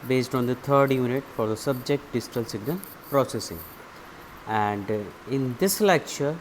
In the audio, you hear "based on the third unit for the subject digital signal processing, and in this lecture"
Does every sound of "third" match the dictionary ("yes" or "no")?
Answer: no